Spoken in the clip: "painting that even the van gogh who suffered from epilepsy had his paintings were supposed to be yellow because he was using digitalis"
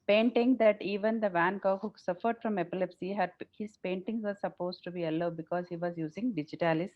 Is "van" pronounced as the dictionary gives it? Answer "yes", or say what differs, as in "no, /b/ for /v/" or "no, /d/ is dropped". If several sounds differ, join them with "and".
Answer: yes